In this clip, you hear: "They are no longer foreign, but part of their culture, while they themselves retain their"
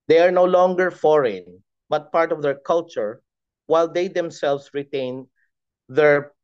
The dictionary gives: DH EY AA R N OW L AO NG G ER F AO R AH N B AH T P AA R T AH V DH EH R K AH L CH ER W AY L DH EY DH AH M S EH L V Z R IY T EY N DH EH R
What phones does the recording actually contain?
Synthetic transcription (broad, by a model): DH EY AA R N OW L AO NG G ER F AO R AH N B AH T P AA R T AH V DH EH R K AH L CH ER W AY L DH EY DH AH M S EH L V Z R IY T EY N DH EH R